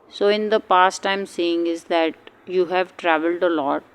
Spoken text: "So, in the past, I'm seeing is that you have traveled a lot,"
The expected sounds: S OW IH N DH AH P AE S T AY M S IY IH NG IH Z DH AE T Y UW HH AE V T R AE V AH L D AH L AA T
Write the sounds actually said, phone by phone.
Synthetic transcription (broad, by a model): S OW IH N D AH P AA S T AY M S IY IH NG IH Z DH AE T Y UW HH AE V T R AE V AH L D AH L AA T